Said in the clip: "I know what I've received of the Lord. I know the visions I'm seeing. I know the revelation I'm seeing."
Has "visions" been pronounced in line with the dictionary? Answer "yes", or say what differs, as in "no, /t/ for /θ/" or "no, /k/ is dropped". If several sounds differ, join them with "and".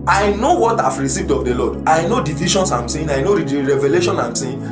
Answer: no, /ʃ/ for /ʒ/ and /s/ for /z/